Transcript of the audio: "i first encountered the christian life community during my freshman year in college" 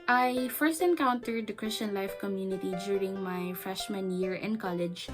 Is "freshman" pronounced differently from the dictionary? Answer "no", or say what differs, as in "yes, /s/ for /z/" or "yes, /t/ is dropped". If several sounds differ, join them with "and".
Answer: no